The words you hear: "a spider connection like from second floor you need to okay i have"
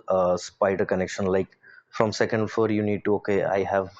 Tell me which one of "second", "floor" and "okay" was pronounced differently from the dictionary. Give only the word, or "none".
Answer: floor